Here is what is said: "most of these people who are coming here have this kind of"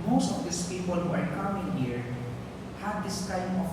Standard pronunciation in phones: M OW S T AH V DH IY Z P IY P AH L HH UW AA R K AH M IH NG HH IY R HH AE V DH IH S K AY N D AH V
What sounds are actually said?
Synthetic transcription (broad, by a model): M OW S T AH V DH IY S P IY P AH L HH UW AA R K AH M IH NG HH IY R HH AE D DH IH S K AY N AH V